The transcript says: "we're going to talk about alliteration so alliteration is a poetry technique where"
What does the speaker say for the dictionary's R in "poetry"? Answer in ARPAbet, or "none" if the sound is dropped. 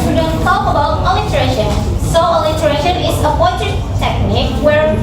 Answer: none